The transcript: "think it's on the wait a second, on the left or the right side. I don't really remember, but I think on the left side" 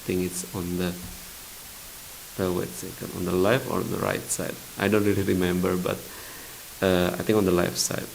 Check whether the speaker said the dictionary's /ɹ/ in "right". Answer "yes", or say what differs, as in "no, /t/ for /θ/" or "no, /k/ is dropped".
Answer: yes